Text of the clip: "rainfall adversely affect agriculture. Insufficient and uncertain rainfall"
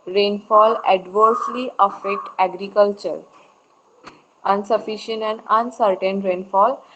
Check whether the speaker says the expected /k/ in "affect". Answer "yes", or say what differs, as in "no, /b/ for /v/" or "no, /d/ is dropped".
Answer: yes